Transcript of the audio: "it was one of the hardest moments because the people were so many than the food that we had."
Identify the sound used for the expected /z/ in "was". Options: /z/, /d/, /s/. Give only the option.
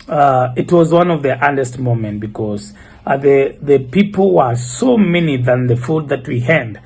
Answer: /z/